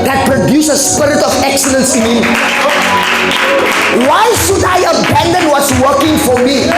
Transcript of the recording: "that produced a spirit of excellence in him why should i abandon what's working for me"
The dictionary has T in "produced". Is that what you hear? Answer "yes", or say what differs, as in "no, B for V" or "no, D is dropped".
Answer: no, T is dropped